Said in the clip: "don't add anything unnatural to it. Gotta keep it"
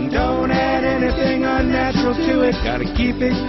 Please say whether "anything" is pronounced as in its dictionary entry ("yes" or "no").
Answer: yes